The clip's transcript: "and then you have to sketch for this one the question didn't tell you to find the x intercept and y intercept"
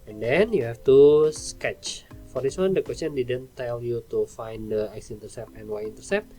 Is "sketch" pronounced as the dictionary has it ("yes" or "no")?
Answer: yes